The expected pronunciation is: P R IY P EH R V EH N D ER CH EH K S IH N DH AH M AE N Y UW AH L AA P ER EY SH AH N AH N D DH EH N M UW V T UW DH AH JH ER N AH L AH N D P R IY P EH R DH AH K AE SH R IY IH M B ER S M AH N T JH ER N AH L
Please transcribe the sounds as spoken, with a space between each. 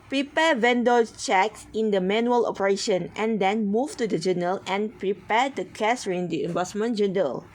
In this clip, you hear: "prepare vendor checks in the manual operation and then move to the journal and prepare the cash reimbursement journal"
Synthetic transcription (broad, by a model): P R IY P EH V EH N D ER CH EH K S IH N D AH M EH N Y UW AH L AA P ER EY SH AH N AH N D EH N M UW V T UW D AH JH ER N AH L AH N P R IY P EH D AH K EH S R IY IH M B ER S M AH N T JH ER N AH L